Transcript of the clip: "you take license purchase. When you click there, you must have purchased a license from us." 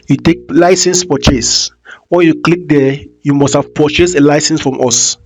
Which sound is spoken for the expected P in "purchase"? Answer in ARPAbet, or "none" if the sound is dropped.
F